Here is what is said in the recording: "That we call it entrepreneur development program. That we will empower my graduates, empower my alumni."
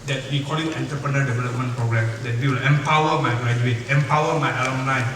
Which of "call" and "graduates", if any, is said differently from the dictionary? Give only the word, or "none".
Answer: graduates